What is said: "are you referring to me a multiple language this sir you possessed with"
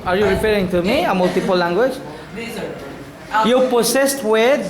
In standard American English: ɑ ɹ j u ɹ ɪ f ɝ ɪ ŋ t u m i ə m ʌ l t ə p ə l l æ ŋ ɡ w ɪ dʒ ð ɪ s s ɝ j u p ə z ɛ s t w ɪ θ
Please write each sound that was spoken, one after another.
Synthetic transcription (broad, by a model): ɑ ɹ j u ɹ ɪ p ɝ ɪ ŋ t u m i ə m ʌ l t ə p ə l l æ ŋ ɡ w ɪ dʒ j u p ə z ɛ s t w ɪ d